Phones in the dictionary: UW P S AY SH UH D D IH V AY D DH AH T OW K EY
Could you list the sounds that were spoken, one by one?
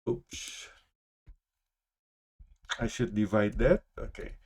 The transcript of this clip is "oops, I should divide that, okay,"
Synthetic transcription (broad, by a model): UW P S AY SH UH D D IH V AY D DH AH T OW K EY